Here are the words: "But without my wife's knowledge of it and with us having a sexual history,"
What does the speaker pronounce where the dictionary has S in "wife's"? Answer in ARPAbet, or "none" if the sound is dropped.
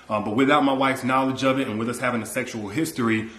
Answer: S